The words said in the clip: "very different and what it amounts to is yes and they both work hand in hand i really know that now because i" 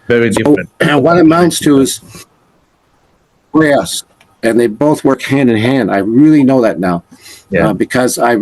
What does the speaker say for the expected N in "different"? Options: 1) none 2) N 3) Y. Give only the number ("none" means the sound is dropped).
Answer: 1